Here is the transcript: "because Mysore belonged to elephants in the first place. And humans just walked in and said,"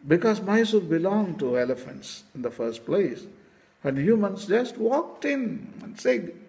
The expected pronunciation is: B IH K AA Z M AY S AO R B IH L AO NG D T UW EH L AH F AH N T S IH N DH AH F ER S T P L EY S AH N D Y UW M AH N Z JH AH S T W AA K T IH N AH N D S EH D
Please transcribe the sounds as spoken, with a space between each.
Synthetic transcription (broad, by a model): B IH K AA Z M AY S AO L B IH L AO NG T UW EH L AH F AH N T S IH N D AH F ER S T P L EY S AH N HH Y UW M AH N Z JH AH S T W AA K T IH N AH N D S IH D